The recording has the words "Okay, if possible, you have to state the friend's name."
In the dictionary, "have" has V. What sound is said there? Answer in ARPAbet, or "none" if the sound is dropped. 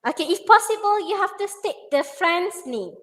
F